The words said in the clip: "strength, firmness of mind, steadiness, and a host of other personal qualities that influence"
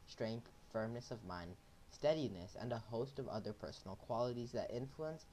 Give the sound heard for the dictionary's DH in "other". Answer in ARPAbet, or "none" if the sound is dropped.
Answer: DH